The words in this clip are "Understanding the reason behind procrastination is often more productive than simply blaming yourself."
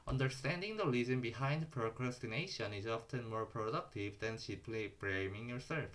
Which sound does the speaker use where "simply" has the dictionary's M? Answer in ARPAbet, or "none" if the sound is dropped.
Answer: none